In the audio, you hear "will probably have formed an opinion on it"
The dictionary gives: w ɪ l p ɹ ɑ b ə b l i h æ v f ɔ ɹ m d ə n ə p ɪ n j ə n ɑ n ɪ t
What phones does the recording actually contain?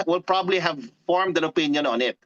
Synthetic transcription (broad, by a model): w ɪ l p ɹ ɑ b ə b l i h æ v f ɔ ɹ m d ə n ə p ɪ n j ə n ɑ n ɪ t